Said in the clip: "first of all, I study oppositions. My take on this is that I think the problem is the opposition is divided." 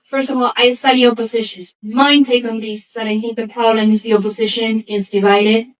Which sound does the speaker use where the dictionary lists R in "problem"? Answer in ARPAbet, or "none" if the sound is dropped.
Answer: none